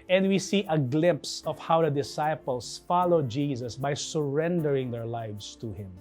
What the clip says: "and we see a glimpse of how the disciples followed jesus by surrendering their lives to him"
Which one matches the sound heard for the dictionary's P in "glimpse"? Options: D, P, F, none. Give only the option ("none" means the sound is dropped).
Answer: P